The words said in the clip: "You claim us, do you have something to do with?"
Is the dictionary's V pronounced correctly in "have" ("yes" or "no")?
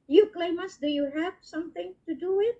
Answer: no